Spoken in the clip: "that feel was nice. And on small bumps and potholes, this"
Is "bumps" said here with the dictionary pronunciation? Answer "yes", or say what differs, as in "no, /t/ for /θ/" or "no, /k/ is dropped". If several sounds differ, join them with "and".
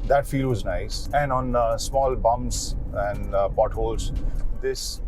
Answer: no, /p/ is dropped